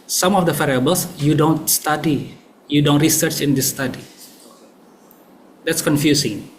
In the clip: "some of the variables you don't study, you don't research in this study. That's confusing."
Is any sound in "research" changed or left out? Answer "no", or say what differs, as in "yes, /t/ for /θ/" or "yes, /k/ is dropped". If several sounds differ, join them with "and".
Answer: no